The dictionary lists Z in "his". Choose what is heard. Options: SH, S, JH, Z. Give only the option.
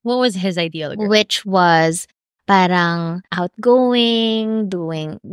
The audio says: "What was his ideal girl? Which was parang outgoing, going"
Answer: Z